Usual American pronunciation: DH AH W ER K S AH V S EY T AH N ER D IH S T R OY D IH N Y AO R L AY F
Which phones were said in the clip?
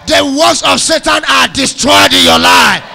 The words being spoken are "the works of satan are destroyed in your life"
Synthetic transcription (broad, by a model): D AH W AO S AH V S EY T AH N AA D IH S T R OY D IH N Y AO L AY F